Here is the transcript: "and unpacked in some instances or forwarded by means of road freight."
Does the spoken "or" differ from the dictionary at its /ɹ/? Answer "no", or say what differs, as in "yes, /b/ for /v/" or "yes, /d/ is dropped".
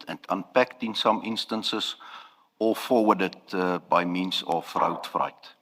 yes, /l/ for /ɹ/